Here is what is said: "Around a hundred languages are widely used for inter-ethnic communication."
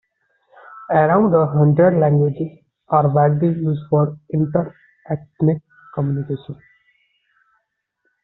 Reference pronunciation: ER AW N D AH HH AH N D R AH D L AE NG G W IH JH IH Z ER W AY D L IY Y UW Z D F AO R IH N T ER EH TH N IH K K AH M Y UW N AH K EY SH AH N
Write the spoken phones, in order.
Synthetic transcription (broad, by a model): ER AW N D AH HH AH N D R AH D L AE NG G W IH JH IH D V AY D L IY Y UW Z F AO R IH N T ER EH T N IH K K AH M Y UW N AH K EY SH AH N